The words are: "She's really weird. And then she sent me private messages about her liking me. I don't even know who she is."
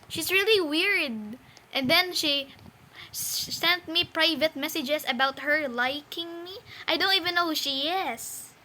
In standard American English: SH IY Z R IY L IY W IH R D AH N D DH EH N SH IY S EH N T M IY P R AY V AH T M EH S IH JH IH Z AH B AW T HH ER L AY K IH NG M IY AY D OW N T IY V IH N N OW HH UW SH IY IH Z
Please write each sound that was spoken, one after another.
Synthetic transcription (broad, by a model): SH IY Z R IY L IY W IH R D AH N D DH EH N SH IY S EH N T M IY P R AY V AH T M EH S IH JH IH S AH B AW T HH ER L AY K IH NG M IY AY D OW N T IY V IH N N OW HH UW SH IY IH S